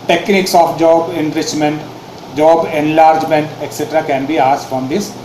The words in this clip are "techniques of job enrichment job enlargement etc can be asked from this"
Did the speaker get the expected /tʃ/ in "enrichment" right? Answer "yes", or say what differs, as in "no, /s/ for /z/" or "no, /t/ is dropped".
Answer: yes